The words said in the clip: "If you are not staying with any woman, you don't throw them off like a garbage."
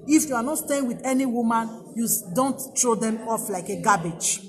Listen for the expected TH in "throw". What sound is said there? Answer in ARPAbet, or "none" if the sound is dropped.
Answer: T